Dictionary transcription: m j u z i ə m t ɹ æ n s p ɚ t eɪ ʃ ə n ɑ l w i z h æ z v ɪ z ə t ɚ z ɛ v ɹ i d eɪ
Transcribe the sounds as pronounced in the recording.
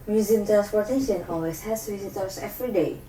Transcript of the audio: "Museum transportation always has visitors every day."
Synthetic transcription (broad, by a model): m j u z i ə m t ɹ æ n s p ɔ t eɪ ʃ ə n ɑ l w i s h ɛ s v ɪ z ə t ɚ s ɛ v ɹ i d eɪ